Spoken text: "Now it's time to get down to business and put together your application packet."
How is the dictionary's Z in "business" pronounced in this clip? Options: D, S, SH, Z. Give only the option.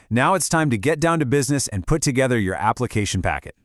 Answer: Z